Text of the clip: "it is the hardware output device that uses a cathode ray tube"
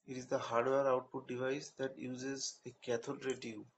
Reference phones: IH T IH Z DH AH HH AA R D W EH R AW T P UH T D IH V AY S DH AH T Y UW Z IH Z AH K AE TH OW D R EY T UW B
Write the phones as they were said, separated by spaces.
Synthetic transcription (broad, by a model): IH T IH Z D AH HH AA R D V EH R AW T UW D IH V AY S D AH T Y UW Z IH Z AH K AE T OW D R EY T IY